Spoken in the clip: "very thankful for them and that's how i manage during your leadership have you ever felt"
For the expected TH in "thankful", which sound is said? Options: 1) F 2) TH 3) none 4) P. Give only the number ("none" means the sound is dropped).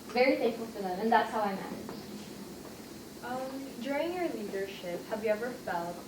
1